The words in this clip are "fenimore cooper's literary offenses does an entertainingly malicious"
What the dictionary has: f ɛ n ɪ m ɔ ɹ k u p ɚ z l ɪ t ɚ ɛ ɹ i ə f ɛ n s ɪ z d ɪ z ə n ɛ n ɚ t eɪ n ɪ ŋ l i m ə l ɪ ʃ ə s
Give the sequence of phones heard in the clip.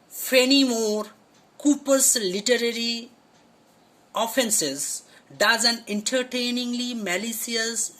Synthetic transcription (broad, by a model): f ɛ n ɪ m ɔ ɹ k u p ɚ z l ɪ t ɚ ɛ ɹ i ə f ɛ n s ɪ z d ɪ z ə n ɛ n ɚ t eɪ n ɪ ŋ l i m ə l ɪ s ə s